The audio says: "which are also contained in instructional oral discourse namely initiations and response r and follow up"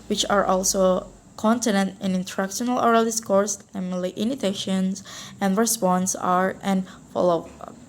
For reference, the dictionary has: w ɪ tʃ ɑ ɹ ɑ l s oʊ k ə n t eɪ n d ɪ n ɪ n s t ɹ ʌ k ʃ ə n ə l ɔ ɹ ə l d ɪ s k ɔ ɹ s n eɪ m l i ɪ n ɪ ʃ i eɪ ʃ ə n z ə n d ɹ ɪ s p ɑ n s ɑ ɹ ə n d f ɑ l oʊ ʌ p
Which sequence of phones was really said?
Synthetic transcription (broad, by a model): w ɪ tʃ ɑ ɹ ɑ l s oʊ k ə n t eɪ n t ɪ n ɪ n t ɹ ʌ k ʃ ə n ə l ɔ ɹ ə l d ɪ s k ɔ ɹ s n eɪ m l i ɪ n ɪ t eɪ ʃ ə n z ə n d ɹ ɪ s p ɑ n s ɑ ɹ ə n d f ɑ l oʊ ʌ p